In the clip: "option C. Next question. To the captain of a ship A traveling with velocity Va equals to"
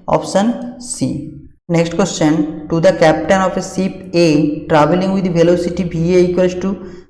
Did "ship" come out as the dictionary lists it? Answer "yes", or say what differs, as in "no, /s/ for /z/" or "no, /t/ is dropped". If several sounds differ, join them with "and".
no, /s/ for /ʃ/